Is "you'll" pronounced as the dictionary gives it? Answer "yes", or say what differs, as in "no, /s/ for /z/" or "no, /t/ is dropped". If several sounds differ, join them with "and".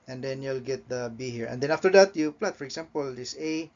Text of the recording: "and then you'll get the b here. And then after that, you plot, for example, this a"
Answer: yes